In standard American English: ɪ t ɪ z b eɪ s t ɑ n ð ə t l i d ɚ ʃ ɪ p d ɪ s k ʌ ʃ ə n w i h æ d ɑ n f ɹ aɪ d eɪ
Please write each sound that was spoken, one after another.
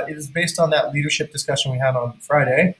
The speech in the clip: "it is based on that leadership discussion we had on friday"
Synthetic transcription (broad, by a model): ɪ t ɪ z b eɪ s t n ð ə t l i d ɚ ʃ ɪ p d ɪ s k ʌ ʃ ə n w i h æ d n f ɹ aɪ d eɪ